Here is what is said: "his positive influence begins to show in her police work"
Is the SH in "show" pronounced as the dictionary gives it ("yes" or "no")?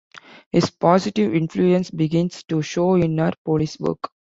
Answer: yes